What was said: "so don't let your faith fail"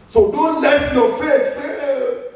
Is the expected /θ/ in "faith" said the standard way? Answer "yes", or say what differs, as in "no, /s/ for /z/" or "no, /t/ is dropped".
no, /s/ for /θ/